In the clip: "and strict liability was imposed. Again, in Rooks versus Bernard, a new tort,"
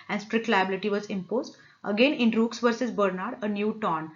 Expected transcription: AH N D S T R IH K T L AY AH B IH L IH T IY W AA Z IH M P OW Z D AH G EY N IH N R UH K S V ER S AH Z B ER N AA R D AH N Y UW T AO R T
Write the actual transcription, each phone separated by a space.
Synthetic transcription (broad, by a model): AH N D S T R IH K T L AY AH B IH L IH T IY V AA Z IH M P OW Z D AH G EY N IH N R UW K S V ER S AH Z B ER N AA R D AH N Y UW T AO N